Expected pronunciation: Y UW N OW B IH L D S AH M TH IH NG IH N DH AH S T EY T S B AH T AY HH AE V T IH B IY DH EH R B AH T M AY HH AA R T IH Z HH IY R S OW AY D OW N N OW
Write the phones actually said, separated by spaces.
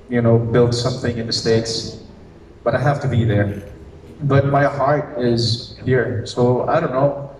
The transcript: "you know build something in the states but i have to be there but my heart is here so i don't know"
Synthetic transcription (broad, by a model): Y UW N OW B IH L D S AH M TH IH NG IH N DH AH S T EY T S B AH T AY HH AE F T IH B IY DH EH R B AH T M AY HH AA R T IH Z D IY R S OW AY D OW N N OW